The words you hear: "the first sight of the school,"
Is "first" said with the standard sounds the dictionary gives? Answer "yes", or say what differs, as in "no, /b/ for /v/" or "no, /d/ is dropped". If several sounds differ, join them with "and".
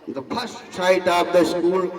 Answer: no, /p/ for /f/